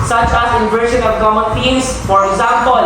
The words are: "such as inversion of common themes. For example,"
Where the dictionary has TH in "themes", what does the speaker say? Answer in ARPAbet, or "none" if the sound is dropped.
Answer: T